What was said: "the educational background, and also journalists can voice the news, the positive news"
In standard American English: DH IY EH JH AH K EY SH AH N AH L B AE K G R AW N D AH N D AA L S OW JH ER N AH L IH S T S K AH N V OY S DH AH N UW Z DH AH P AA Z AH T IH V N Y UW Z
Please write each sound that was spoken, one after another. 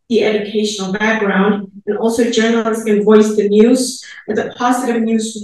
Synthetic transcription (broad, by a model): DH IY EH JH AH K EY SH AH N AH L B AE K G R AW N D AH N AA L S OW JH ER N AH L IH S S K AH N V OY S DH AH N UW Z DH AH P AA Z AH T IH V N Y UW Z